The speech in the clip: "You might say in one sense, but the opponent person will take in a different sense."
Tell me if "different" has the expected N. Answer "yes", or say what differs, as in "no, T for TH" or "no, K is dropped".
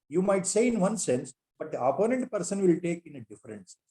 no, N is dropped